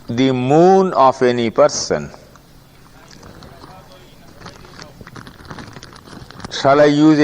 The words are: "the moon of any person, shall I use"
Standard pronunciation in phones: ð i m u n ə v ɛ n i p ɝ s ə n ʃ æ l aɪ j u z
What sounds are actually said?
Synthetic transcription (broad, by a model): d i m u n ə f ɛ n i p ɝ s ə n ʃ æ l aɪ j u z